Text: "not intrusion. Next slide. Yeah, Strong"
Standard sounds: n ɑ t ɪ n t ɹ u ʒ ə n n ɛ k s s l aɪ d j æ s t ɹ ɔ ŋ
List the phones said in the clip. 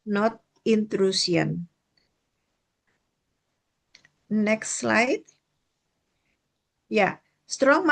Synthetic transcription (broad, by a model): n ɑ t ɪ n t ɹ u s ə n n ɛ k s s l aɪ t j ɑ s t ɹ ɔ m